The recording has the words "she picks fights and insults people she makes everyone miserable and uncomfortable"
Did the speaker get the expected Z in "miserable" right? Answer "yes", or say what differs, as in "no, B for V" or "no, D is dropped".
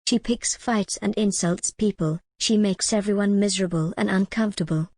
yes